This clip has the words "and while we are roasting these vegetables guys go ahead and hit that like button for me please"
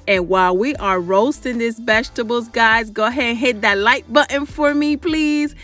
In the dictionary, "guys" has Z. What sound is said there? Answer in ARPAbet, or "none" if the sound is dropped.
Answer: Z